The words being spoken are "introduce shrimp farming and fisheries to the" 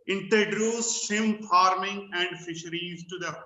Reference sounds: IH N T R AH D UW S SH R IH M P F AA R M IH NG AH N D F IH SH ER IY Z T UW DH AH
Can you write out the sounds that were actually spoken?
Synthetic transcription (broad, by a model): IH N T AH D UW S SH IH M F AA R M IH NG AH N D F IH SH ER IY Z T UW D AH